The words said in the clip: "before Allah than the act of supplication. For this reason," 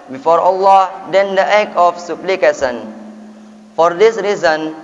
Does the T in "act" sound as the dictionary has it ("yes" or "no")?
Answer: no